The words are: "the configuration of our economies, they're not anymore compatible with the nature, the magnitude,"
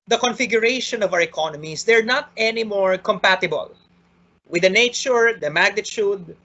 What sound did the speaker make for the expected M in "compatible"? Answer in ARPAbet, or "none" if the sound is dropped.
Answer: M